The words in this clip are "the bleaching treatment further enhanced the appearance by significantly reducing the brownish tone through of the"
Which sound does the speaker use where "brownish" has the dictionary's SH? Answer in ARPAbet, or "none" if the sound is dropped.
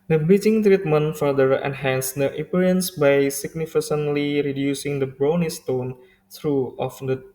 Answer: S